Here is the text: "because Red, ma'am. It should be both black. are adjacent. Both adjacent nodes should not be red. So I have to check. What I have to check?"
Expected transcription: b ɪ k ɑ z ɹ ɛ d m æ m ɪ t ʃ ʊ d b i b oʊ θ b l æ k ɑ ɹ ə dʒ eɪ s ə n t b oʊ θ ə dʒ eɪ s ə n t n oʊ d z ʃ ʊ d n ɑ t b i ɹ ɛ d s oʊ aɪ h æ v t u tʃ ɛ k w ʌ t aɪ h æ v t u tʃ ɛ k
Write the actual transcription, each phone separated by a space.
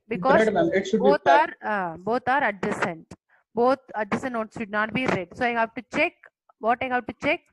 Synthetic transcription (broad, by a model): b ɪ k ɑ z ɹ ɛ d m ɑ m ɪ t ʃ ʊ d b i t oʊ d b ɔ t ɑ ɹ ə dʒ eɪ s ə n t b oʊ t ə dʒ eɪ s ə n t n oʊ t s ʃ ʊ d n ɑ t b i ɹ ɛ d s oʊ aɪ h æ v t u tʃ ɛ k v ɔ t aɪ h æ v t u tʃ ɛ k